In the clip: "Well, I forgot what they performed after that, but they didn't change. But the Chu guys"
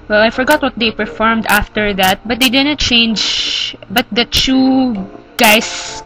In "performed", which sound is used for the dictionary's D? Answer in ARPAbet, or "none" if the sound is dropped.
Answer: D